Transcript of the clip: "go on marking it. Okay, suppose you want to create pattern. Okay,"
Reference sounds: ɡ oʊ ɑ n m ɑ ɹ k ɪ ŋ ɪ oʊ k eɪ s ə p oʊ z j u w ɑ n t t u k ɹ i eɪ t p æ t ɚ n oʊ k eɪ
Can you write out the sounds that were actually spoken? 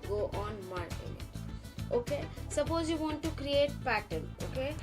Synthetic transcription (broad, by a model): ɡ oʊ ɑ n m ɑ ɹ ɪ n ɪ oʊ k eɪ s ə p oʊ z j u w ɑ n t t u k ɹ i eɪ t p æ t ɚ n oʊ k eɪ